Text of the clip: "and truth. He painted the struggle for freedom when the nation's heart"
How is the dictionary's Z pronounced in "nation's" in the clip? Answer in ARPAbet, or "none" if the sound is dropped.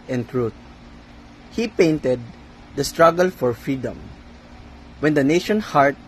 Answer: none